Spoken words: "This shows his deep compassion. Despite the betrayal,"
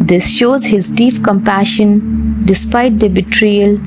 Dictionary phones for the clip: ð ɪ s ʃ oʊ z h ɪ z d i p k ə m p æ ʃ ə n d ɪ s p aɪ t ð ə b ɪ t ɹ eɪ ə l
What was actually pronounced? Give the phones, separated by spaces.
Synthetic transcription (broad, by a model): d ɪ s ʃ oʊ z h ɪ z d i p k ə m p æ ʃ ə n d ɪ s p aɪ t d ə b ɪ t ɹ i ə l